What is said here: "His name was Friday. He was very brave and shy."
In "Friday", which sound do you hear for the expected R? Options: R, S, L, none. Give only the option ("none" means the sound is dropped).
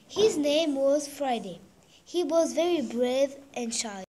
R